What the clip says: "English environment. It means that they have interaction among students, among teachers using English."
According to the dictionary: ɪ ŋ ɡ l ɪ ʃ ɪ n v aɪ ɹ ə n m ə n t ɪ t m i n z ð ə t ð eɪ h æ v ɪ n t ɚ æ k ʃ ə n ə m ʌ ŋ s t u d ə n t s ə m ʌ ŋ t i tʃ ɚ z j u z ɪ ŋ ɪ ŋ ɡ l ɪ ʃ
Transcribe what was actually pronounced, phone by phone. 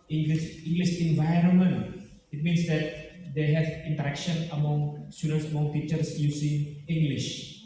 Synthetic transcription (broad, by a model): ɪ ŋ ɡ l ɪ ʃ ɪ n v aɪ ɹ ə n m ə n t ɪ t m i n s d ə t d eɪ h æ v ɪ n t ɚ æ k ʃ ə n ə m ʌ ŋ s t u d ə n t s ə m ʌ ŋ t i tʃ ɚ s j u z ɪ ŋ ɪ ŋ ɡ l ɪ ʃ